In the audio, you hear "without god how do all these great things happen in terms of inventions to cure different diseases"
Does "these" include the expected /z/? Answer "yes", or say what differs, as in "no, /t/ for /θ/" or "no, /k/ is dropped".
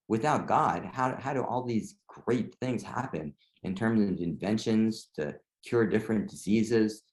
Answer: yes